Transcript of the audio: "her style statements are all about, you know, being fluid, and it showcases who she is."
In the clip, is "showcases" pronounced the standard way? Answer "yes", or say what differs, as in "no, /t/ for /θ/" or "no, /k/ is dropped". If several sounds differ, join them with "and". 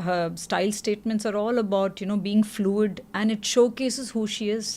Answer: yes